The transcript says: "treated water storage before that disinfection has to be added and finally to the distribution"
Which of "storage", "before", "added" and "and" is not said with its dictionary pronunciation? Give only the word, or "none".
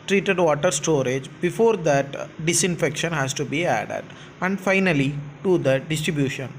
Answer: none